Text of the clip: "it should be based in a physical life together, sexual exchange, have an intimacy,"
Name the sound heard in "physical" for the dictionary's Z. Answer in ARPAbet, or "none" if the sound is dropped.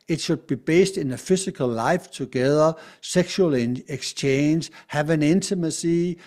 S